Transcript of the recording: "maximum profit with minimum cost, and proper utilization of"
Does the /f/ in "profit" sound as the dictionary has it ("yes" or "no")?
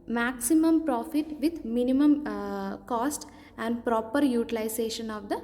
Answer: yes